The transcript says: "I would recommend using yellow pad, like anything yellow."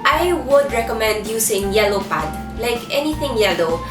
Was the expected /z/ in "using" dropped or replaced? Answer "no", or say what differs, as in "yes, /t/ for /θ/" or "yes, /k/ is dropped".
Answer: yes, /s/ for /z/